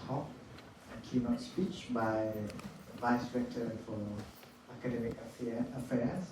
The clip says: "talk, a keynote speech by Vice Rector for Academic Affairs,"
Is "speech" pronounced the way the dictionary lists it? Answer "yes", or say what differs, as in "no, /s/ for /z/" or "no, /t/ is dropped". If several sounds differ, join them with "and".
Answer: yes